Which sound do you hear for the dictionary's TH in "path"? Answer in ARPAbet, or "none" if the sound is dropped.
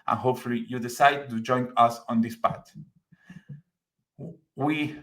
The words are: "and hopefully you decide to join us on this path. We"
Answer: T